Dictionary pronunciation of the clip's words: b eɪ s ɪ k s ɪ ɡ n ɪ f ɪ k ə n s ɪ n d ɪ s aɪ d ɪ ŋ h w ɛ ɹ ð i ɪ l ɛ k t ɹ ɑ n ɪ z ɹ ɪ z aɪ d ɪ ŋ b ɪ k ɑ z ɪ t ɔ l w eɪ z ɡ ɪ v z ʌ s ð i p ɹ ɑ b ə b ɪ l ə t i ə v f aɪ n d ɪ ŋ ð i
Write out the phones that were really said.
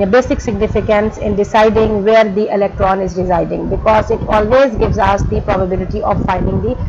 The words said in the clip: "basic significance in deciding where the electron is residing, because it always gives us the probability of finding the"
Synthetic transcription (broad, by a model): b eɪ s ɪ k s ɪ ɡ n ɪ f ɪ k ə n s ɪ n d ɪ s aɪ d ɪ ŋ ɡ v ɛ ɹ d i ɪ l ɛ k t ɹ ɑ n ɪ z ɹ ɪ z aɪ d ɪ ŋ b ɪ k ɑ z ɪ t ɔ l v eɪ z ɡ ɪ v z ʌ s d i p ɹ ɑ b ə b ɪ l ə t i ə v f aɪ n d ɪ ŋ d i